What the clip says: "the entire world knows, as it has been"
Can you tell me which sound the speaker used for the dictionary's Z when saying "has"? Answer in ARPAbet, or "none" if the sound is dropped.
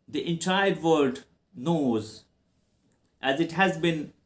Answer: Z